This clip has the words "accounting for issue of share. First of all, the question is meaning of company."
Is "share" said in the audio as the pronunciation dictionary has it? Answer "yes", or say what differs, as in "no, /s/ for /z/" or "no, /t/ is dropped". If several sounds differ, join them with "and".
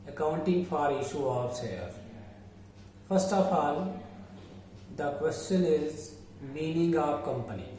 no, /s/ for /ʃ/